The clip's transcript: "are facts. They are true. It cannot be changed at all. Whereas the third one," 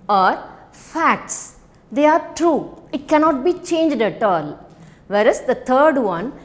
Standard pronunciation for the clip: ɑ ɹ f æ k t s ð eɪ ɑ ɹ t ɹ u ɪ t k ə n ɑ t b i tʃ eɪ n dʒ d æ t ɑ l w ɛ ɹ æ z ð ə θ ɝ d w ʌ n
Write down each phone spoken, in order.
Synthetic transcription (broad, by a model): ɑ ɹ f æ k t s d eɪ ɑ ɹ t ɹ u ɪ t k ə n ɑ t b i tʃ eɪ n dʒ d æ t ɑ l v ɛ ɹ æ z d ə t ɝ d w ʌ n